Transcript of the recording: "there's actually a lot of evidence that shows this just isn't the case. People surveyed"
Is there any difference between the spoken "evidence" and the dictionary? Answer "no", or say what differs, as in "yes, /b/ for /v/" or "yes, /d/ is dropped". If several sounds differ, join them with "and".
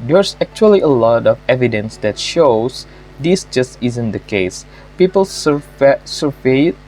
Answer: no